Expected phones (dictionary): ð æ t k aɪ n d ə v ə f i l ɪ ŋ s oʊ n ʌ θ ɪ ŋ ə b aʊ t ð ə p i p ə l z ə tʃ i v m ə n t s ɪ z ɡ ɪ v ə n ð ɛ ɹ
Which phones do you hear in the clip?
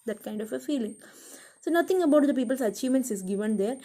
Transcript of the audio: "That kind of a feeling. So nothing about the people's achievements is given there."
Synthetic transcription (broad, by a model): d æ t k aɪ n d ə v ə f i l ɪ ŋ s oʊ n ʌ t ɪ ŋ ə b aʊ t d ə p i p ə l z ə tʃ i v m ə n t s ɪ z ɡ ɪ v ə n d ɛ ɹ